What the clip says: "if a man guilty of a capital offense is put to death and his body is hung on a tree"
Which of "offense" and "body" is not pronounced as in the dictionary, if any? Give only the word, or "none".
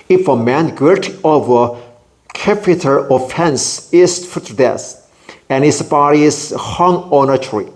none